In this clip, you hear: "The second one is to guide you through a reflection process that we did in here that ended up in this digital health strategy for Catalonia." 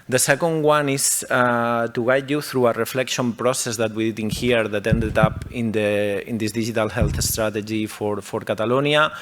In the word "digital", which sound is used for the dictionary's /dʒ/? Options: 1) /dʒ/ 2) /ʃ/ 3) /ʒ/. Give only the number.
3